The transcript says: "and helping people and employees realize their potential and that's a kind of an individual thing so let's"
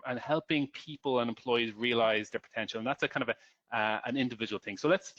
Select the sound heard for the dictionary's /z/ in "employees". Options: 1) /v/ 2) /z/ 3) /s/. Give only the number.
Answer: 2